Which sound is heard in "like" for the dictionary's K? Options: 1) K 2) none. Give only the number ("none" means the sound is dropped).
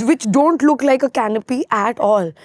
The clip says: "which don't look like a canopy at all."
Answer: 1